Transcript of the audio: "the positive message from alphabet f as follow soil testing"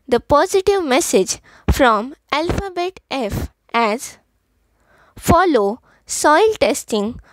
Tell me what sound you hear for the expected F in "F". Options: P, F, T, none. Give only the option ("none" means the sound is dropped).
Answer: F